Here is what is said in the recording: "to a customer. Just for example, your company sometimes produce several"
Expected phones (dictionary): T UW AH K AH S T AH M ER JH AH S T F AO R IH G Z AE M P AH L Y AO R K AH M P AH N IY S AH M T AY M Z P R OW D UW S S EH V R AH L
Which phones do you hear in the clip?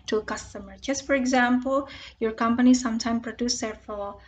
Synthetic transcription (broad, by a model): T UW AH K AH S T AH M ER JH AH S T F AO R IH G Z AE M P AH L Y AO R K AH M P AH N IY S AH M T AY M P R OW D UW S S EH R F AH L